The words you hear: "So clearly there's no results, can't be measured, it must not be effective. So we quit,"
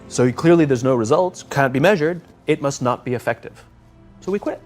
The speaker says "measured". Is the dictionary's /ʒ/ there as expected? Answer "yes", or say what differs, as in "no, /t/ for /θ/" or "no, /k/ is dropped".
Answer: yes